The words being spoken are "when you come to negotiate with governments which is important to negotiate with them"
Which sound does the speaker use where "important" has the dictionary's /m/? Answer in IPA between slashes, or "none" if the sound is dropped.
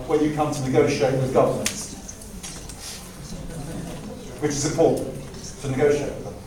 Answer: none